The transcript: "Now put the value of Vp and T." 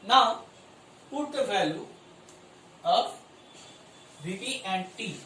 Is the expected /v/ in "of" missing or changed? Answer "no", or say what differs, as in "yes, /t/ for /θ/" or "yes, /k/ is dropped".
yes, /p/ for /v/